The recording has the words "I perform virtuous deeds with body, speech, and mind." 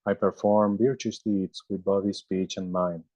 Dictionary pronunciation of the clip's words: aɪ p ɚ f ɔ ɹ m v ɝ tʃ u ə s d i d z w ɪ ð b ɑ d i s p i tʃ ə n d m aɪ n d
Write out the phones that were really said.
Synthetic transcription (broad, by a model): aɪ p ɚ f ɔ ɹ m b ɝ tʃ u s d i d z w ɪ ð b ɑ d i s p i tʃ ə n d m aɪ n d